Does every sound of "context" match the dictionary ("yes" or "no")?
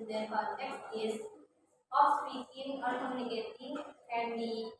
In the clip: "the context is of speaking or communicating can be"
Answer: no